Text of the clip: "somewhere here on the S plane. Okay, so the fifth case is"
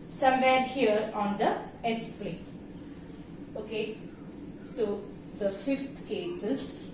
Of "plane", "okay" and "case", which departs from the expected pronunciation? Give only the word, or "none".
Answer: plane